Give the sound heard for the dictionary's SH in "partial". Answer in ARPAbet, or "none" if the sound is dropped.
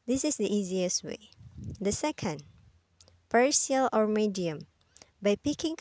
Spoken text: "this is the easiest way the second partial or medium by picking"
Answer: S